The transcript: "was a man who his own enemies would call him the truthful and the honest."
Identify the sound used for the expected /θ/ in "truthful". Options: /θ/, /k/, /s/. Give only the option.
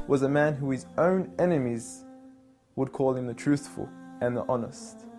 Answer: /θ/